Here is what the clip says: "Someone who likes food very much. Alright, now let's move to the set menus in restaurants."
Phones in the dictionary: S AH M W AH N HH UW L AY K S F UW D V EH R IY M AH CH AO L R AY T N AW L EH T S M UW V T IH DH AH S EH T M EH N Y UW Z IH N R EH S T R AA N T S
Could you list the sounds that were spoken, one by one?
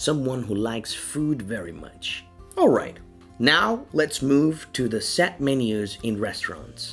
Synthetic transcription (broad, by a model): S AH M W AH N HH UW L AY K S F UW D V EH R IY M AH CH AO L R AY T N AW L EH T S M UW V T IH DH AH S EH T M EH N Y UW Z IH N R EH S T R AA N T S